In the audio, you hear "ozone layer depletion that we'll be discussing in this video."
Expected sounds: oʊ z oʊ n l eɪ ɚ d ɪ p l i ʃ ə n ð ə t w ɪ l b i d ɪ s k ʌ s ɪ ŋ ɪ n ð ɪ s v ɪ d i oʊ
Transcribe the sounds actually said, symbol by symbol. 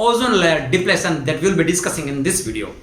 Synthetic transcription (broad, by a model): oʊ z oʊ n l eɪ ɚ d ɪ p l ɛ s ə n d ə t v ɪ l b i d ɪ s k ʌ s ɪ ŋ ɪ n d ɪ s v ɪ d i oʊ